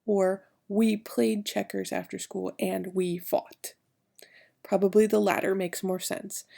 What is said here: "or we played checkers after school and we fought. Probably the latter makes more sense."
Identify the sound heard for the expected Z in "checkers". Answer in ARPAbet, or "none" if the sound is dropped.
Z